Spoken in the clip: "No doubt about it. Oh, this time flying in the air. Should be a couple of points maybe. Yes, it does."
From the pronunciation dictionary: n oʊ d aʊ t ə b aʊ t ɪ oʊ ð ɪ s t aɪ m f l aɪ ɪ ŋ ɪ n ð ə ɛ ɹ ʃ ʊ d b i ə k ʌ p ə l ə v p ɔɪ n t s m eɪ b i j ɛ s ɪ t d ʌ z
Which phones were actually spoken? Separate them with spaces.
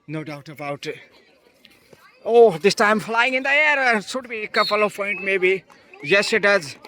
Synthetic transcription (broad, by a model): n oʊ d aʊ t ə b aʊ t oʊ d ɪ s t aɪ m f l aɪ ɪ ŋ ɪ n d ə ɛ ɹ s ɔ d b i k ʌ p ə l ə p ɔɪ n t m eɪ b i j ɛ s ɪ t d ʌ z